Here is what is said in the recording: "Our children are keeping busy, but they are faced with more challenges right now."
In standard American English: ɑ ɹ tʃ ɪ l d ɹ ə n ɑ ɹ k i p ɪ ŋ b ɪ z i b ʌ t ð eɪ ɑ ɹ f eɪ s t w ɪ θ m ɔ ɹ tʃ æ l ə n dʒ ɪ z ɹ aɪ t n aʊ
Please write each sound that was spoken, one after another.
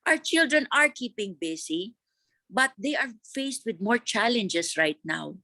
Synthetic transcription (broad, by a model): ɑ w tʃ ɪ l d ɹ ə n ɑ ɹ k i p ɪ ŋ b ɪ s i b ʌ t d eɪ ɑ ɹ f eɪ s t w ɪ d m ɔ ɹ tʃ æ l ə n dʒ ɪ s ɹ aɪ t n aʊ